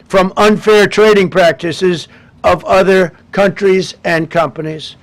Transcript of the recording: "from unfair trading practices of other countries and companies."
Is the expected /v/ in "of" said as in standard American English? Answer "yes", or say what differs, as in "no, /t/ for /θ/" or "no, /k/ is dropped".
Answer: yes